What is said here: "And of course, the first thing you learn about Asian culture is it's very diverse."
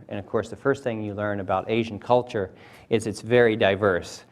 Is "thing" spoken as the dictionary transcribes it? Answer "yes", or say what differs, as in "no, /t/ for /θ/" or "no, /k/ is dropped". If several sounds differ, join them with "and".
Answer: yes